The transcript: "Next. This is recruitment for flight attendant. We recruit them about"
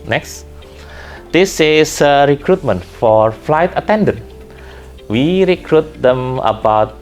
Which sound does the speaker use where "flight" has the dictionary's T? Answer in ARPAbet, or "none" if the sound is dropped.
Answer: T